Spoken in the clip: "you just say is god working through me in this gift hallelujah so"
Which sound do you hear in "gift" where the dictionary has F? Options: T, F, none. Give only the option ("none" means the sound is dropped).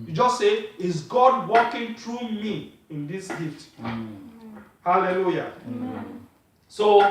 none